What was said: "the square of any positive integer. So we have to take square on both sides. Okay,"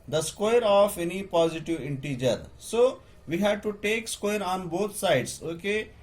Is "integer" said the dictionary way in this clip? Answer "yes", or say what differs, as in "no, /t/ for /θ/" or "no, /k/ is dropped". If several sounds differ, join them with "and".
yes